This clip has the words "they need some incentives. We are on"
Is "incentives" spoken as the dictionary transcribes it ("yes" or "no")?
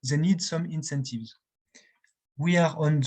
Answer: yes